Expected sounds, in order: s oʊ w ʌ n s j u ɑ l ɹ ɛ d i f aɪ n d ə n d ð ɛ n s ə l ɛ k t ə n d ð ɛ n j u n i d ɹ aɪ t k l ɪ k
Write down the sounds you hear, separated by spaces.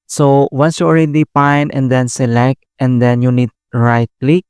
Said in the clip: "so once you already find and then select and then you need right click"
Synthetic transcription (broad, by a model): s oʊ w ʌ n s j u ɑ l ɹ ɛ d i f aɪ n ə n d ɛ n s ə l ɛ k t ə n d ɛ n j u n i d ɹ aɪ t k l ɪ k